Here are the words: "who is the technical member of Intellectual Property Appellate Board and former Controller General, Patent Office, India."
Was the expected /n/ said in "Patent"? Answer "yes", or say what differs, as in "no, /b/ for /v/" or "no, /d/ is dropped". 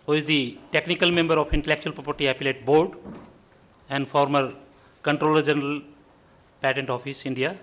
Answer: yes